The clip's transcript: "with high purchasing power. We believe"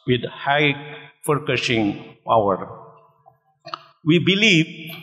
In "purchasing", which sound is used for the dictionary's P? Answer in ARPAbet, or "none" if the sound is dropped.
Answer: F